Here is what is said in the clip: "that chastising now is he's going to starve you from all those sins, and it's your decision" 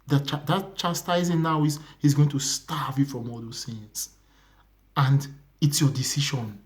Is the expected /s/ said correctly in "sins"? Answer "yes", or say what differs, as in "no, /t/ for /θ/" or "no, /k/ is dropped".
no, /θ/ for /s/